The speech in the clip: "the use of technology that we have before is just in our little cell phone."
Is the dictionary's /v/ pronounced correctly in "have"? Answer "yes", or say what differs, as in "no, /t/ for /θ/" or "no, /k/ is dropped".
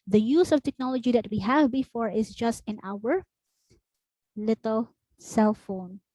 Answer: yes